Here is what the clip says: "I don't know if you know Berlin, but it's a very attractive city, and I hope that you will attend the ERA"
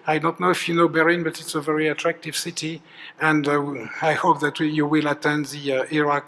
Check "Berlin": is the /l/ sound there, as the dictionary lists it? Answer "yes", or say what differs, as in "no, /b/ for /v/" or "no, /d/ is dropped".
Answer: no, /l/ is dropped